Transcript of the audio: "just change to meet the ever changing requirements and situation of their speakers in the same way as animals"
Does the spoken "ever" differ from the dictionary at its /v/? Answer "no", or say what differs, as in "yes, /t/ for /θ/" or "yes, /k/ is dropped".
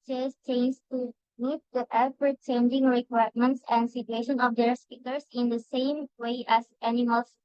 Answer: yes, /p/ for /v/